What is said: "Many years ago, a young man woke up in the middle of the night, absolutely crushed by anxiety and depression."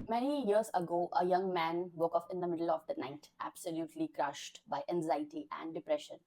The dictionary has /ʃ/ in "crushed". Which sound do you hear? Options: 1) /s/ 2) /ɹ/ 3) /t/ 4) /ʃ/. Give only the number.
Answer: 4